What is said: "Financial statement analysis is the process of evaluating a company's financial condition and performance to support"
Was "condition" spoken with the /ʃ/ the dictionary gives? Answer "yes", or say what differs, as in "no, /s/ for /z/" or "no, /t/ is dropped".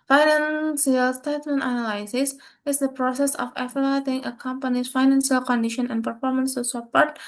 yes